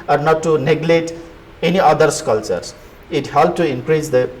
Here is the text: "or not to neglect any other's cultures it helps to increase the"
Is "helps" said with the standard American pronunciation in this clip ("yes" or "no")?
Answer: no